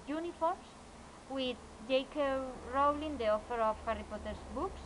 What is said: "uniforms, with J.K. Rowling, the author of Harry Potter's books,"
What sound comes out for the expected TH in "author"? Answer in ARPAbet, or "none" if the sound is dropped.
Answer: F